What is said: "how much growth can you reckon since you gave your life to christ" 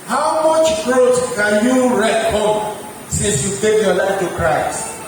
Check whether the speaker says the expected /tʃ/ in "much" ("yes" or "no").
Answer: yes